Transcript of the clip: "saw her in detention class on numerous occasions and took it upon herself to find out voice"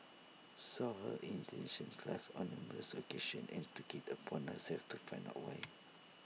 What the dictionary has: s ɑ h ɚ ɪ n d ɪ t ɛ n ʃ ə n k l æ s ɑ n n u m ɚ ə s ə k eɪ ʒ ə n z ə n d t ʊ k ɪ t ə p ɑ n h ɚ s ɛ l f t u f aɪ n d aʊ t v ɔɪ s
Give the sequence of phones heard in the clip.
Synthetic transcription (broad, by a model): s ɑ h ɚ ɪ n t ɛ n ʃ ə n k l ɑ s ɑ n n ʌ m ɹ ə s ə k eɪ ʃ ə n ə n t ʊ k ɪ t ə p ɑ n h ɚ s ɛ l f t u f aɪ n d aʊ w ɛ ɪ